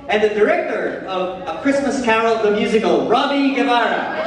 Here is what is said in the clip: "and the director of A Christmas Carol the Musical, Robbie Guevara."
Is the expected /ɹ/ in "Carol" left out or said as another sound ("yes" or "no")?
yes